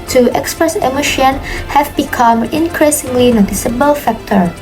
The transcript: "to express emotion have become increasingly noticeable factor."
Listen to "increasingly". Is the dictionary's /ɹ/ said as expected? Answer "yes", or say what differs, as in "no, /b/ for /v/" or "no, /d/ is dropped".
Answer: yes